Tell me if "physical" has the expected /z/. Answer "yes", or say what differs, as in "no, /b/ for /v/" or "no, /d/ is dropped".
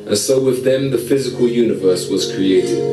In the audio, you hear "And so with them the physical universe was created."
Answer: yes